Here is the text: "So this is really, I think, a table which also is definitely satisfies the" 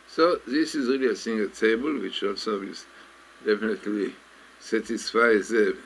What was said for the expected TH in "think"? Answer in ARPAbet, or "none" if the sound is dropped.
S